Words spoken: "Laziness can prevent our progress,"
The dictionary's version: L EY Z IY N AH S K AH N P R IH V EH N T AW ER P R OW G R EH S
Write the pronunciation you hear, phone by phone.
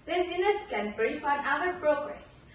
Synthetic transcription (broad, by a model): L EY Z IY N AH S K AH N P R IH F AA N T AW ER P R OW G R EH S